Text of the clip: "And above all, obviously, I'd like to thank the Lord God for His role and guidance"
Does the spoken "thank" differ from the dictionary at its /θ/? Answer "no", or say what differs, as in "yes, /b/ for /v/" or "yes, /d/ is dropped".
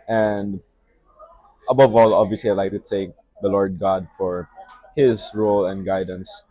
yes, /t/ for /θ/